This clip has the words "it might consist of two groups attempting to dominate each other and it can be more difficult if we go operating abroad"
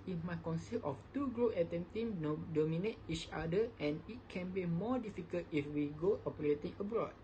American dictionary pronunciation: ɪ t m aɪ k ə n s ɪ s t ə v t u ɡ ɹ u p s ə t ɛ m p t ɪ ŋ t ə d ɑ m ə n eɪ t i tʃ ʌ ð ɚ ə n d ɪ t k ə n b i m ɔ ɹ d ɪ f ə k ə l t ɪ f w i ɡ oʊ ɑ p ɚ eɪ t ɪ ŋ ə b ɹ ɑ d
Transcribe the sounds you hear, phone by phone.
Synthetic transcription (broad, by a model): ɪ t m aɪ k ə n s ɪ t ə f t u ɡ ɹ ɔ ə t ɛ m t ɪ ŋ d ɑ m ə n eɪ t i tʃ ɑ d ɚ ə n ɪ t k ə n b i m ɔ d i f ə k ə l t ɪ f w i ɡ oʊ ɑ p ɚ eɪ t ɪ ŋ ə b ɹ ɑ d